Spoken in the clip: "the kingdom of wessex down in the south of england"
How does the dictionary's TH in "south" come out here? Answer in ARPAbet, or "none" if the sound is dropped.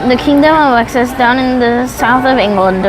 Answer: TH